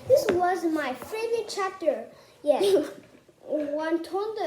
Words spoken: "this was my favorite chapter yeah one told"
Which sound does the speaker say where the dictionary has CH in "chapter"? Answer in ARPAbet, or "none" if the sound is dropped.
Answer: CH